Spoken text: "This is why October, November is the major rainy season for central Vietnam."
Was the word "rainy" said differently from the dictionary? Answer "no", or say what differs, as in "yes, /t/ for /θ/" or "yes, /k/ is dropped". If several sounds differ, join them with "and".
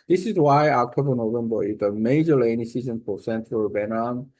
yes, /l/ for /ɹ/